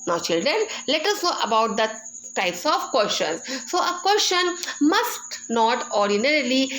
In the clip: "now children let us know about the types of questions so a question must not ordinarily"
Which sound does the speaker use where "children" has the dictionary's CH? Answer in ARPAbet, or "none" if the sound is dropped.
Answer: CH